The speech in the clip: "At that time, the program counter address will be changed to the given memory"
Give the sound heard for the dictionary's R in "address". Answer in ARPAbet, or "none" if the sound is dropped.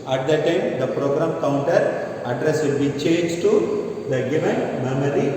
R